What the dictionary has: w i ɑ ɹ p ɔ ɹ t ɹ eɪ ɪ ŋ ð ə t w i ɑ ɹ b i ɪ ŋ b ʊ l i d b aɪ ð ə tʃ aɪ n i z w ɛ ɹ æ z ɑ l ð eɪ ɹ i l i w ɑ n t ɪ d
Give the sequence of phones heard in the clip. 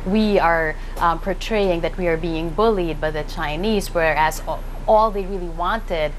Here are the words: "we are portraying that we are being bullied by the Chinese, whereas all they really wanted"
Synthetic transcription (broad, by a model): w i ɑ ɹ p ɔ ɹ t ɹ eɪ ɪ ŋ ð ə t w i ɑ ɹ b i ɪ ŋ b ʊ l i d b aɪ ð ə tʃ aɪ n i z w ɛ ɹ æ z ɑ l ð eɪ ɹ i l i w ɑ n t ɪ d